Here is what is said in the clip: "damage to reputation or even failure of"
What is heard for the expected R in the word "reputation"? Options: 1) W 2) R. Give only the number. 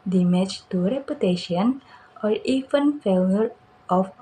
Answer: 2